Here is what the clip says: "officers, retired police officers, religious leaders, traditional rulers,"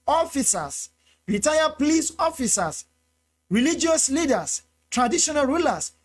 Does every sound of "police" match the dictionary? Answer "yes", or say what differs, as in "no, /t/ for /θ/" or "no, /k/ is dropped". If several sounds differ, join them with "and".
yes